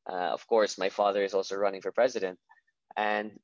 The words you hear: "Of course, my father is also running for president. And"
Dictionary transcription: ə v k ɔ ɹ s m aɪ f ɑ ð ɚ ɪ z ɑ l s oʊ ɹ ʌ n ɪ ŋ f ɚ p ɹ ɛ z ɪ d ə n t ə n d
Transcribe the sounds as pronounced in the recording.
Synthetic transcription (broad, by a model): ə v k ɔ ɹ s m aɪ f ɑ ð ɚ ɪ z ɑ l s oʊ ɹ ʌ n ɪ ŋ f ɚ p ɹ ɛ z ɪ d ə n t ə n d